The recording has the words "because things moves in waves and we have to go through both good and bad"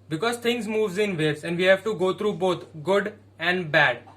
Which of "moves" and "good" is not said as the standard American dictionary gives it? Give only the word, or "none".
none